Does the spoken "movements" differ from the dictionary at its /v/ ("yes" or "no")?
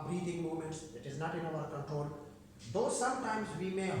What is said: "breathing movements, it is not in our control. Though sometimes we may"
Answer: yes